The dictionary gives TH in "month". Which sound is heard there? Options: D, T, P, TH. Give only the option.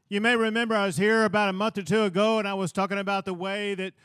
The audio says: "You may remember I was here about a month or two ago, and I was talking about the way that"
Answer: TH